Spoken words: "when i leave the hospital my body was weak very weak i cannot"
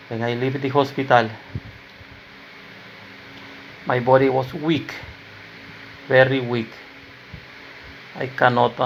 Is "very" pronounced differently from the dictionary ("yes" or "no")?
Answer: yes